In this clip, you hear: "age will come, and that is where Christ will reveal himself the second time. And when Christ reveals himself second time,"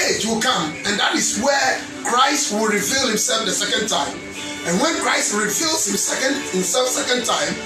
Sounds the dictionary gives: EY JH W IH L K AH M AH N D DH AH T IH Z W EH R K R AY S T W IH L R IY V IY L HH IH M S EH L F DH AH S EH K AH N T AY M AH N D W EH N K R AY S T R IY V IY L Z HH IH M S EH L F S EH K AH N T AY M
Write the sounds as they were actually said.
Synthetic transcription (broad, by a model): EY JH W IH L K AH M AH N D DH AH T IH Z W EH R K R AY S T W IH L R IY V IY L HH IH M S EH L F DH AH S EH K AH N T AY M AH N W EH N K R AY S T R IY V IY L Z HH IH M S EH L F S EH K AH N T AY M